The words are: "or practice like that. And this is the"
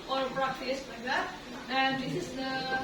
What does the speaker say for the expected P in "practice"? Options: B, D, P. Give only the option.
B